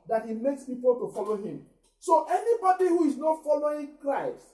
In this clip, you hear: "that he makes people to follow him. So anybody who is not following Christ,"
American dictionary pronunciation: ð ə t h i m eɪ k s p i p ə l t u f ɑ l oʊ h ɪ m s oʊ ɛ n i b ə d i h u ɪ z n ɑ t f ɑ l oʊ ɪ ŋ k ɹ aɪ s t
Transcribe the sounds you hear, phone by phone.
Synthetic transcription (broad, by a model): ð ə t h i m eɪ k s p i p ə l t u f ɑ l oʊ h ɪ m s oʊ ɛ n i b ə d i h u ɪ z n ɑ t f ɑ l oʊ ɪ ŋ k ɹ aɪ s t